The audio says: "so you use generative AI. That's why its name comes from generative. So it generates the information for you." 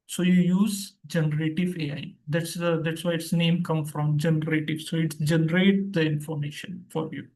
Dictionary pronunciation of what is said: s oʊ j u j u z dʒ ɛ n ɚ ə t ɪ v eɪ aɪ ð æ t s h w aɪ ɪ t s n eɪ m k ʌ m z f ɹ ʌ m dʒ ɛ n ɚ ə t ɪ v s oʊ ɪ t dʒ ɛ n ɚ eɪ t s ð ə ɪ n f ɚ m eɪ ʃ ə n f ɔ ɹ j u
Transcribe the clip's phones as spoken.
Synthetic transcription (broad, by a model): s oʊ j u j u z dʒ ɛ n ɚ ə t ɪ v eɪ aɪ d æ t s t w aɪ ɪ t s n eɪ m k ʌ m f ɹ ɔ m dʒ ɛ n ɚ ə t ɪ v s oʊ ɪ t dʒ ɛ n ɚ eɪ t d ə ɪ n f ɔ m eɪ ʃ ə n f ɔ ɹ j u